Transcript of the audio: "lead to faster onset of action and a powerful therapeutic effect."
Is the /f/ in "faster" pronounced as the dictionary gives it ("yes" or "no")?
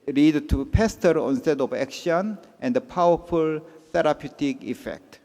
no